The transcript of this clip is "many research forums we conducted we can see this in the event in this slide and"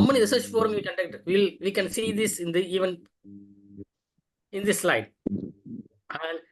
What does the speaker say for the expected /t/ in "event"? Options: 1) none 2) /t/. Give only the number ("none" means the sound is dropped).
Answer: 1